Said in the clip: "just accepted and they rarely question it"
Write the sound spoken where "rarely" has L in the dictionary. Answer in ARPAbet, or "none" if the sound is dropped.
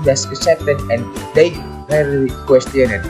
none